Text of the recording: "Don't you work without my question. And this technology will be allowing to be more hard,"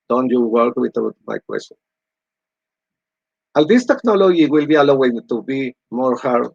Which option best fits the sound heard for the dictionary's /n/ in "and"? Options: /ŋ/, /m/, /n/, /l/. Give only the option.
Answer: /l/